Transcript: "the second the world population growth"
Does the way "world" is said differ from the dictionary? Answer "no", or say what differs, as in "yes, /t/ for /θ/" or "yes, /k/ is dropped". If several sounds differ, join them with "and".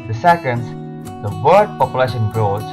yes, /l/ is dropped